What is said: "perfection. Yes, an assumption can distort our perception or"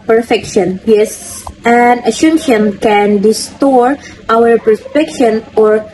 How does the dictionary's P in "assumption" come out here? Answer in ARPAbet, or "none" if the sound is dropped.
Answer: none